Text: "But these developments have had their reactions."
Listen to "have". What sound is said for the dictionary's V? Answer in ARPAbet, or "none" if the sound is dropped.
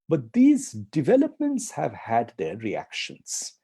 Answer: V